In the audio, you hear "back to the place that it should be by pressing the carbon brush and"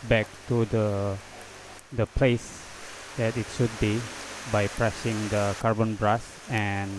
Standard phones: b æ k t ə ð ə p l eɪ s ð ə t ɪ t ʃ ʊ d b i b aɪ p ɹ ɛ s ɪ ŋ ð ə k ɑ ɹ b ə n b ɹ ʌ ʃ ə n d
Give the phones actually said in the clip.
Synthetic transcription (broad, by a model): b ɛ k t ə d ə p l eɪ s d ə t ɪ t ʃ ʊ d b i b aɪ p ɹ ɛ s ɪ ŋ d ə k ɑ ɹ b ə n b ɹ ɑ s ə n